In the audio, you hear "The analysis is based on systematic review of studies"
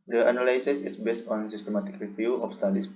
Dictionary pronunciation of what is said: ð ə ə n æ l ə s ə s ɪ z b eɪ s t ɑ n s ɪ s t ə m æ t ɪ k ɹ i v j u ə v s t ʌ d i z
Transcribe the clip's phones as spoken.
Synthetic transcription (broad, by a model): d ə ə n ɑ l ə s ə s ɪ s b eɪ s t ɑ n s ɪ s t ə m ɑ t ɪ k ɹ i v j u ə f s t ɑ d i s